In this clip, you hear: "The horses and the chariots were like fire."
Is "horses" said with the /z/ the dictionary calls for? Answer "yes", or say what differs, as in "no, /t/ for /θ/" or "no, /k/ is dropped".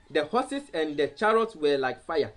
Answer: no, /s/ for /z/